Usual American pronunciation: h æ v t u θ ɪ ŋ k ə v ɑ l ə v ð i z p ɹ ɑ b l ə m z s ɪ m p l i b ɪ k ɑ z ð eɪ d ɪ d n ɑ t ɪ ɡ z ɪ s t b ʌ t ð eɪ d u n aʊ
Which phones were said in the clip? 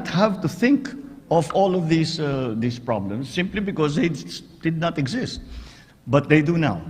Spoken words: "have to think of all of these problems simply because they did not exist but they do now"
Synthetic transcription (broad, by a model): h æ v t u θ ɪ ŋ k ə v ɑ l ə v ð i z p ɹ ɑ b l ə m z s ɪ m p l i b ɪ k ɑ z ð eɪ d ɪ d n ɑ t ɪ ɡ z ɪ s t b ʌ t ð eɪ d u n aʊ